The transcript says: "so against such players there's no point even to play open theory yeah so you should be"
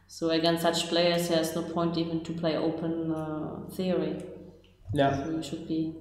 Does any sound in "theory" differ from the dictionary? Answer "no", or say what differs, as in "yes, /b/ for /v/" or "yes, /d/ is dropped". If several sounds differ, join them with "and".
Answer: no